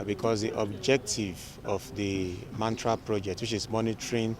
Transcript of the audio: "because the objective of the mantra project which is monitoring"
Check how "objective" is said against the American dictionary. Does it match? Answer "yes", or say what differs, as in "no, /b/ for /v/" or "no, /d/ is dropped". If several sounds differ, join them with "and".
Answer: yes